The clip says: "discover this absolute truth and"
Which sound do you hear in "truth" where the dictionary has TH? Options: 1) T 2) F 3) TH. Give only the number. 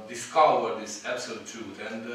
1